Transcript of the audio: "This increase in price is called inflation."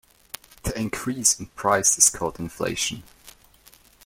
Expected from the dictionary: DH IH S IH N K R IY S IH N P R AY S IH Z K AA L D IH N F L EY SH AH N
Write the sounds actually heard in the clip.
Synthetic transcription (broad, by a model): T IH IH N K R IY S IH N P R AY S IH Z K AA L D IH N F L EY SH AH N